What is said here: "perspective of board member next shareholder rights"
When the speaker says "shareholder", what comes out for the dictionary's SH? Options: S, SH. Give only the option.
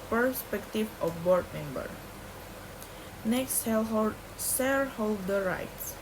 S